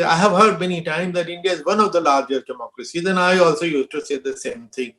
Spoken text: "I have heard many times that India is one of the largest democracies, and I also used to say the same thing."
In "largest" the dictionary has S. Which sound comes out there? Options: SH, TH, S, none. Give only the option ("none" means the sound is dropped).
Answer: none